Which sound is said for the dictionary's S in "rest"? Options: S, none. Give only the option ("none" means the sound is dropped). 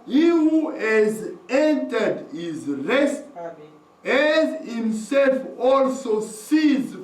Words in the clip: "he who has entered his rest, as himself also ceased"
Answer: S